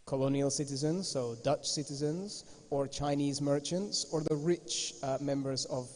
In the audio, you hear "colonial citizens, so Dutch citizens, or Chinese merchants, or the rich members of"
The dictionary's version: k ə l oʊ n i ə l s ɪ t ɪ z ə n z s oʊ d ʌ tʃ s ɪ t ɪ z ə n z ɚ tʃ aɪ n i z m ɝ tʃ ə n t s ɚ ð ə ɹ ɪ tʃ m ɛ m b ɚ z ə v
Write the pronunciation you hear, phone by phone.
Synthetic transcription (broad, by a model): k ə l oʊ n i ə l s ɪ t ɪ z ə n z s oʊ d ʌ tʃ s ɪ t ɪ z ə n z ɚ tʃ aɪ n i z m ɝ tʃ ə n t s ɚ ð ə ɹ ɪ tʃ m ɛ m b ɚ z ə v